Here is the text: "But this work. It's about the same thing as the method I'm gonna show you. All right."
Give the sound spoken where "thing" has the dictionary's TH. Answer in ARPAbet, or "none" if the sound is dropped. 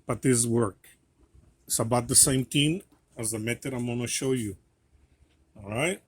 T